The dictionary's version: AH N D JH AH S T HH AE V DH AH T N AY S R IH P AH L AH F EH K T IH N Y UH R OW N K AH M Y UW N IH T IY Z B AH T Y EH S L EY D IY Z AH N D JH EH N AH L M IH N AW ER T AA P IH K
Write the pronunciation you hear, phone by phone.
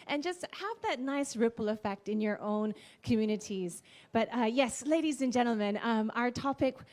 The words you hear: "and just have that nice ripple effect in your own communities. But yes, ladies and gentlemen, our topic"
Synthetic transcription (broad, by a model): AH N JH AH S T HH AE V DH AH T N AY S R IH P L AH F EH K T IH N Y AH R OW N K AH M Y UW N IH T IY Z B AH T Y EH S L EY D IY Z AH N JH EH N L M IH N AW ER T AA P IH K